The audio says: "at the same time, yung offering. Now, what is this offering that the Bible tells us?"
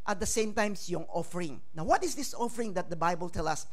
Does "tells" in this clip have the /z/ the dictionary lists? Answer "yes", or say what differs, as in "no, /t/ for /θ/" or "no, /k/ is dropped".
no, /z/ is dropped